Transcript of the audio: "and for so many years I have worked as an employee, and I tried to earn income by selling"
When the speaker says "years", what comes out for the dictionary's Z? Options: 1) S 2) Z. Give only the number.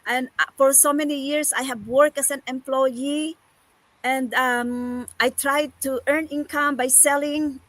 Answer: 1